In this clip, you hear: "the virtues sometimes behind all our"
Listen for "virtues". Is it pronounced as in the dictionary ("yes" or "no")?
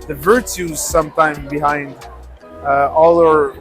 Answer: yes